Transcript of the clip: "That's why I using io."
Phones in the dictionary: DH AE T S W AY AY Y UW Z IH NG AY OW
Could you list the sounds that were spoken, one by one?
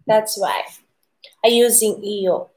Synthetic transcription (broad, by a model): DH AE T S W AY AY Y UW Z IH NG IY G